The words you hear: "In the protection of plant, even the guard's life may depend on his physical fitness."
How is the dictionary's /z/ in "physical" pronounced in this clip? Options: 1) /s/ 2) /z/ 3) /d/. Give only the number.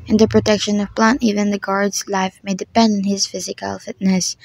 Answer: 2